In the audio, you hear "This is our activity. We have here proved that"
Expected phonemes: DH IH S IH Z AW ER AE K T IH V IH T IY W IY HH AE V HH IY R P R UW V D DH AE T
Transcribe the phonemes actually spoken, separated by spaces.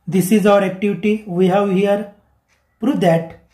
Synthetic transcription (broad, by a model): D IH S IH Z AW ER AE K T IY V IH T IY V IY HH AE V HH IY R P R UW D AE T